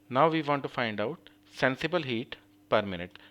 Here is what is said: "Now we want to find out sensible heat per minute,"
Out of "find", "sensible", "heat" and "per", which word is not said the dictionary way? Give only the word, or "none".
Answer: none